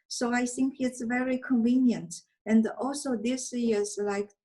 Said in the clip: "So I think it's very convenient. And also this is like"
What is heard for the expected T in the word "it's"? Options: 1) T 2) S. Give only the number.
1